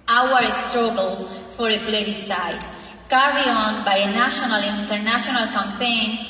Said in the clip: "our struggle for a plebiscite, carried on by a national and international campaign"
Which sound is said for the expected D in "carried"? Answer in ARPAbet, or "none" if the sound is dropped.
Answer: none